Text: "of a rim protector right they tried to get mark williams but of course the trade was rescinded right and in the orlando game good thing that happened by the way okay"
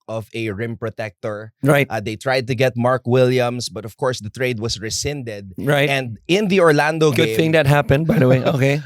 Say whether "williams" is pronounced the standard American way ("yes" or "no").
no